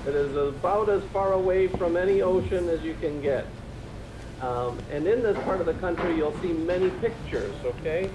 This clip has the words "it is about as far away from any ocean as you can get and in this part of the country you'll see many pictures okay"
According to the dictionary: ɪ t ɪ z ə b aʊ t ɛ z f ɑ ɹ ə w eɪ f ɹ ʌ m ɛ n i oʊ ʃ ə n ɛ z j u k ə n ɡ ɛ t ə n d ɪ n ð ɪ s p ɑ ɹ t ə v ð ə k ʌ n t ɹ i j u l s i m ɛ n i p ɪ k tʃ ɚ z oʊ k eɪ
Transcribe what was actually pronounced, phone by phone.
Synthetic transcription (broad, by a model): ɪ t ɪ z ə b aʊ t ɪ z f ɑ ɹ ə w eɪ f ɹ ʌ m ɛ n i oʊ ʃ ə n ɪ z j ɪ k ə n ɡ ɛ t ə n ɪ n ð ɪ s p ɑ ɹ t ə v ð ə k ʌ n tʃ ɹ i j u l s i m ɛ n i p ɪ k tʃ ɚ z oʊ k eɪ